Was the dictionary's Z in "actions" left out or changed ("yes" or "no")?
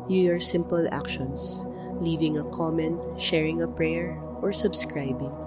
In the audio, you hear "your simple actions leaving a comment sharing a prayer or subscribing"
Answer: yes